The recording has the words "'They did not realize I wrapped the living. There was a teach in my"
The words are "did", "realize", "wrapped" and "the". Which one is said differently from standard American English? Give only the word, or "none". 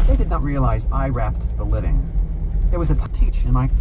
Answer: none